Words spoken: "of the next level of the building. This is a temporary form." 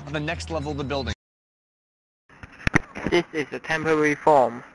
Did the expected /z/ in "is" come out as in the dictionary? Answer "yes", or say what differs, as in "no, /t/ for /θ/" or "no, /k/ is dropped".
yes